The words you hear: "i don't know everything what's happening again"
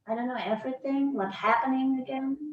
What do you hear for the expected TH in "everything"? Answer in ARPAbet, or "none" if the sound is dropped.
TH